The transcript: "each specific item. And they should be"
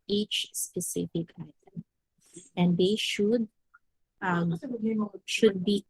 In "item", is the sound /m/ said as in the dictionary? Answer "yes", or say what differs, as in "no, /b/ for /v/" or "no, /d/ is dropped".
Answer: yes